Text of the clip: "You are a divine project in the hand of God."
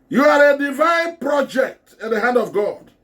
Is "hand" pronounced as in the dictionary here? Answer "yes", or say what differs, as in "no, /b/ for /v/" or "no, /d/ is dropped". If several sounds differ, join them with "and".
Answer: yes